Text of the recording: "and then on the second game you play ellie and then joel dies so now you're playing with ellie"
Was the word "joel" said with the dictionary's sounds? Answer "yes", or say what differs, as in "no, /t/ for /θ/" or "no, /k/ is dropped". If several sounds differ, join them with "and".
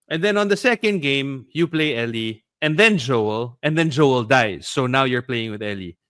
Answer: yes